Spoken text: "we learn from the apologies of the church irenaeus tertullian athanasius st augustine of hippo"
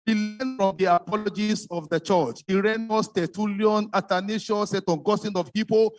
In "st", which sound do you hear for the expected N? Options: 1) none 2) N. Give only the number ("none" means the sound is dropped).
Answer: 1